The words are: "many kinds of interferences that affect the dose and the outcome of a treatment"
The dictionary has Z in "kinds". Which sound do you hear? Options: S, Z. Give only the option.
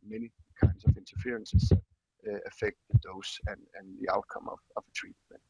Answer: S